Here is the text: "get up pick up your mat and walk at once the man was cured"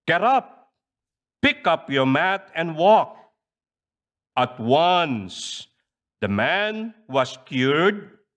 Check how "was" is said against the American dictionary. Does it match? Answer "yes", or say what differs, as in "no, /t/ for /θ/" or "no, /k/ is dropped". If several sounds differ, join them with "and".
no, /s/ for /z/